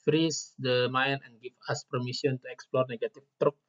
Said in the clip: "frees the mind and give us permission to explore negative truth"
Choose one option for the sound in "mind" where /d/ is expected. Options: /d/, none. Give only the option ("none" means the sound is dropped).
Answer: none